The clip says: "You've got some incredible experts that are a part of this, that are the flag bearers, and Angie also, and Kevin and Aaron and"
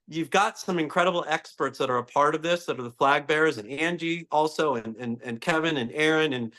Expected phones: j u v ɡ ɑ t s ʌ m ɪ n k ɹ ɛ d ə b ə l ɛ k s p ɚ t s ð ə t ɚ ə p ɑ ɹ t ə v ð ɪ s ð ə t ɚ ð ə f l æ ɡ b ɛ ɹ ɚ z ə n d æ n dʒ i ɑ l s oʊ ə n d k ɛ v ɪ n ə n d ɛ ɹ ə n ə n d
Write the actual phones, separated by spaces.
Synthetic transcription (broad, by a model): j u v ɡ ɑ t s ʌ m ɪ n k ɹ ɛ d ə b l ɛ k s p ɚ t s ð ə t ɚ ə p ɑ ɹ t ə v ð ɪ s ð ə t ɚ ð ə f l æ ɡ b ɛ ɹ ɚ z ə n æ n dʒ i ɑ l s oʊ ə n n k ɛ v ɪ n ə n ɛ ɹ ə n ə n